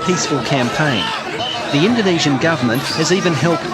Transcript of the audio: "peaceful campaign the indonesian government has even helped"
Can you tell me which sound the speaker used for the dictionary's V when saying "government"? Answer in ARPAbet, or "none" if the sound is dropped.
V